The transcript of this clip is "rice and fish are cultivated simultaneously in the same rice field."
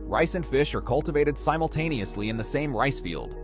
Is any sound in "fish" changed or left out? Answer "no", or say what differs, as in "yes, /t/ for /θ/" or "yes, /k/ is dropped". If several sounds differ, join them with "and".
no